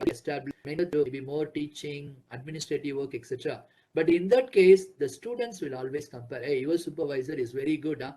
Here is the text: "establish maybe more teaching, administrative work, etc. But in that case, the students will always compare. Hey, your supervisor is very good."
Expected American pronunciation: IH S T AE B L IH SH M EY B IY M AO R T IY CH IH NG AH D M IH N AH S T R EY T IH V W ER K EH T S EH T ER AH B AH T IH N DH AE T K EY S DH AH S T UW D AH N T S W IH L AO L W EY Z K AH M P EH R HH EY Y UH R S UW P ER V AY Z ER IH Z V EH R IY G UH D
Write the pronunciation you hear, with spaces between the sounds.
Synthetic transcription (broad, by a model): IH S T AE B L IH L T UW B IY M AO R T IY CH IH NG AH D M IH N AH S T R EY T IH V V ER K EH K S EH T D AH B AH T IH N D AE T K EY S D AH S T UW D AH N T S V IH L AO L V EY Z K AH M P EH R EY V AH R S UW P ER V AY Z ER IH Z V EH R IY G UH D